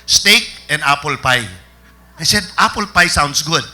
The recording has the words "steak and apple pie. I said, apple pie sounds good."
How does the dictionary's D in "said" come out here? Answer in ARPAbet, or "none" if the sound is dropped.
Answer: D